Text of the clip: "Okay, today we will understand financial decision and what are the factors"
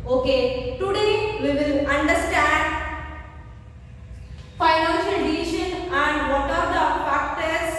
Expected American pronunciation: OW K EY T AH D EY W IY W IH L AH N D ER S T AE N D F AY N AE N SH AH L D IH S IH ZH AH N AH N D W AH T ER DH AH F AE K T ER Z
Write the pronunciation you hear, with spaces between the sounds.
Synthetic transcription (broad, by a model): OW K EY T AH D EY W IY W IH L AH N D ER S T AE N D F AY N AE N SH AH L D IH IH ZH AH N AH N D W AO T ER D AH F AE K T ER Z